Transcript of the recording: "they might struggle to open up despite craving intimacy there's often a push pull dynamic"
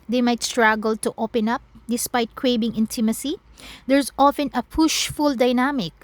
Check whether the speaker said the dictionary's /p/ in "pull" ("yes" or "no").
no